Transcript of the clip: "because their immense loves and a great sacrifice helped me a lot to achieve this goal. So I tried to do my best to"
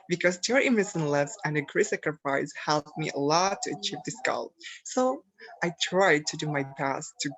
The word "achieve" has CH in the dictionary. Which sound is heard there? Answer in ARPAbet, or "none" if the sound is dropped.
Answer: CH